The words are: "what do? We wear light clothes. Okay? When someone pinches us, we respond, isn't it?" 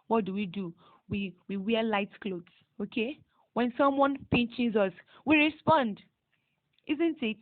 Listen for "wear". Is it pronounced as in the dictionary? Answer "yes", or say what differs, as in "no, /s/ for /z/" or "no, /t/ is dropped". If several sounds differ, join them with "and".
no, /w/ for /ɹ/